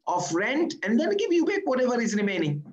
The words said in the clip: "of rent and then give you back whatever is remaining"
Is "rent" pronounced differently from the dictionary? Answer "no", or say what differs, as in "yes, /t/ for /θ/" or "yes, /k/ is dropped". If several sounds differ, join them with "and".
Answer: no